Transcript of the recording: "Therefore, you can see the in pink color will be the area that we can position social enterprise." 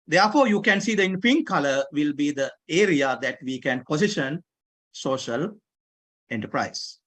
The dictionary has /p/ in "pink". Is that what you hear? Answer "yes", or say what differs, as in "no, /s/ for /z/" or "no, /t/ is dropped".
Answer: no, /f/ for /p/